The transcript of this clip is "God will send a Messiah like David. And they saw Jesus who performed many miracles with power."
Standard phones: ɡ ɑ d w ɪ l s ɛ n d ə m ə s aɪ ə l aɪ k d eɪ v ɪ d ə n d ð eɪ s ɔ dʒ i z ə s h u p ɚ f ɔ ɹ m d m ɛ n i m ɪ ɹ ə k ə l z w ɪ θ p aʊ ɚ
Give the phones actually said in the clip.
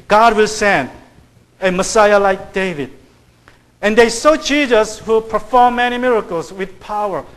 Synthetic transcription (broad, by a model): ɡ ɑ d w ɪ l s ɛ n d ə m ə s aɪ ə l aɪ k d eɪ v ɪ d ə n d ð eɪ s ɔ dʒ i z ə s h u p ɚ f ɔ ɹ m m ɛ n i m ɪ ɹ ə k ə l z w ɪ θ p aʊ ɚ